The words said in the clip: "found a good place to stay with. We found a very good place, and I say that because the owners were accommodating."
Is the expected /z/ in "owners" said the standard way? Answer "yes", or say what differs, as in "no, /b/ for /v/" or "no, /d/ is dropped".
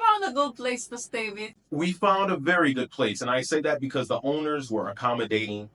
yes